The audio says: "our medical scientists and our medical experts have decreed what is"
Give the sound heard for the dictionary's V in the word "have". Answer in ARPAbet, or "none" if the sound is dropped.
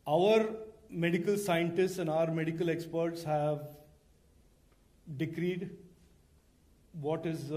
V